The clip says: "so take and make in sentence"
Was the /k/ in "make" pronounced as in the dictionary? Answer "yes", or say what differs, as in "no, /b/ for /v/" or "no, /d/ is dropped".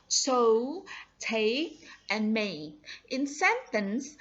no, /k/ is dropped